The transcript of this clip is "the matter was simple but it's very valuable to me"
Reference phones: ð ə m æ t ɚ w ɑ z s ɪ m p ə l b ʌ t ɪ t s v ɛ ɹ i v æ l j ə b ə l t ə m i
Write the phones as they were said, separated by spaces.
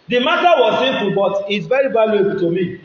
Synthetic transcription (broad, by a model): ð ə m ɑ t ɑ w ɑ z s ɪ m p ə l b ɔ t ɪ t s v ɛ ɹ i b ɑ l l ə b t ə m i